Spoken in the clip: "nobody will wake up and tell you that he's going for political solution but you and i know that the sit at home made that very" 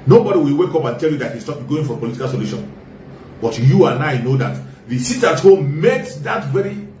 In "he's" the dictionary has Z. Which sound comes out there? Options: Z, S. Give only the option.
S